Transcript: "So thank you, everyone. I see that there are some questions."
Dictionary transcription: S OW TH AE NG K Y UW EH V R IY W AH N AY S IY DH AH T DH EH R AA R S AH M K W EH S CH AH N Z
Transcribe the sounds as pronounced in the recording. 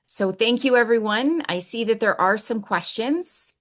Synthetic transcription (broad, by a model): S OW TH AE NG K Y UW EH V R IY W AH N AY S IY DH AH T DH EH R AA R S AH M K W EH S CH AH N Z